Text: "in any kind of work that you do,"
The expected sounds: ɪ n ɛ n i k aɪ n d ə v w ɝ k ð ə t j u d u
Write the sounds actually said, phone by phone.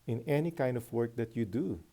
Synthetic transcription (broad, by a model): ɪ n ɛ n i k aɪ n d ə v w ɝ k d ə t j u d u